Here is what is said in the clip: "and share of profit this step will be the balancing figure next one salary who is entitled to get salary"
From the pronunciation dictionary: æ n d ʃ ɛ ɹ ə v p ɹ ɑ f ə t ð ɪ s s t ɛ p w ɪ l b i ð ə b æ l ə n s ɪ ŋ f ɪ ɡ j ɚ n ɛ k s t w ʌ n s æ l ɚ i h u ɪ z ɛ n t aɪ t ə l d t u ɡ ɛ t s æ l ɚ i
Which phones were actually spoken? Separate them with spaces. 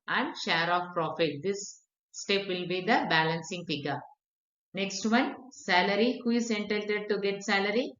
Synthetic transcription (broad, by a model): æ n d ʃ ɛ ɹ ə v p ɹ ɑ f ə t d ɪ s s t ɛ p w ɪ l b i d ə b æ l ə n s ɪ ŋ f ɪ ɡ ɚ n ɛ k s t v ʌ n s æ l ɚ i h u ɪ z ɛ n t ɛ t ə d t u ɡ ɛ t s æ l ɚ i